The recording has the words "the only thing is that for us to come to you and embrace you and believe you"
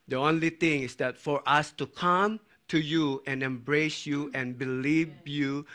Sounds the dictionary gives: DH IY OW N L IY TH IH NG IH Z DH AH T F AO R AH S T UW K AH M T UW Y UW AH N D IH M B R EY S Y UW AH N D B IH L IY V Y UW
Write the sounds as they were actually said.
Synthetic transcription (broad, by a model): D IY OW N L IY T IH NG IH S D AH T F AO R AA S T UW K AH M T UW Y UW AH N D IH M B R EY S Y UW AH N B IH L IY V Y UW